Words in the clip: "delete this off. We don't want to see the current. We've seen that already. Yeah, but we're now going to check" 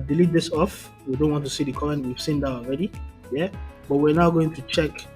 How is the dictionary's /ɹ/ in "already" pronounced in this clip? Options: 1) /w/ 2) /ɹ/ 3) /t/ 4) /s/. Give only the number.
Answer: 2